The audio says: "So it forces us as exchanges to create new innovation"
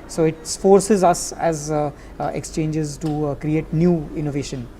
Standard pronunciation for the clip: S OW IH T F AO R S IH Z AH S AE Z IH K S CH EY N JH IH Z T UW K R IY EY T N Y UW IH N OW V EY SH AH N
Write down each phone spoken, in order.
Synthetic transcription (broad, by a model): S OW IH T F AO R S IH Z AH S AE Z IH K S CH EY N JH IH Z T UW K R IY EY T N Y UW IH N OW V EY SH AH N